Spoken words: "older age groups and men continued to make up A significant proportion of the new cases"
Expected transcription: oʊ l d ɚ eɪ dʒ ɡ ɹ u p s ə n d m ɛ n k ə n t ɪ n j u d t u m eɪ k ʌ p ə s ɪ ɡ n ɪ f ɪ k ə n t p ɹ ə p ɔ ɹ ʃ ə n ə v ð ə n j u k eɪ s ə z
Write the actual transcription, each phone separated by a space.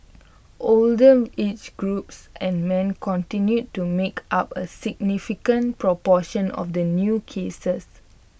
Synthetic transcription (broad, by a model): oʊ l d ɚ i tʃ ɡ ɹ u p s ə n m ɛ n k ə n t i n j u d t u m eɪ k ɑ p ə s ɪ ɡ n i f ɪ k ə n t p ɹ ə p ɔ ʃ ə n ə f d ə n j u k eɪ s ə s